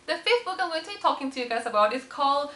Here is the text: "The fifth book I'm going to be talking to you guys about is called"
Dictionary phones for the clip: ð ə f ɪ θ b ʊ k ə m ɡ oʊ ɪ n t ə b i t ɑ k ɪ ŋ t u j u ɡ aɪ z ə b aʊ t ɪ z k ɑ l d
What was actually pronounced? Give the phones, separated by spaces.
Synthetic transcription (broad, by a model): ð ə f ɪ s b ʊ k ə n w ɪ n t ə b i t ɑ k ɪ ŋ t u j u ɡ aɪ s ə b aʊ t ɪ s k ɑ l